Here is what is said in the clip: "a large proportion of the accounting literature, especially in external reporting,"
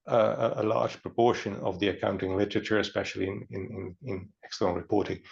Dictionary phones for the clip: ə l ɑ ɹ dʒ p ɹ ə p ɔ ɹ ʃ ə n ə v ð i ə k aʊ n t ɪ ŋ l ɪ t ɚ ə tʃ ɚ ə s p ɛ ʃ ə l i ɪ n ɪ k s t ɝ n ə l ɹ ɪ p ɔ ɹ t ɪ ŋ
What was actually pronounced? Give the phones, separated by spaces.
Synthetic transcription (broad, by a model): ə l ɑ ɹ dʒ p ɹ ə p ɔ ɹ ʃ ə n ə v ð i ə k aʊ n t ɪ ŋ l ɪ t ɚ ə tʃ ɚ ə s p ɛ ʃ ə n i ɪ n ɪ k s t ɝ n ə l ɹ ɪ p ɔ ɹ t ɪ ŋ